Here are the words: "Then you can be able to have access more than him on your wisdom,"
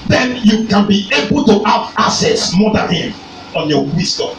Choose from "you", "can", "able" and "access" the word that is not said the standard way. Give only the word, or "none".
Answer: access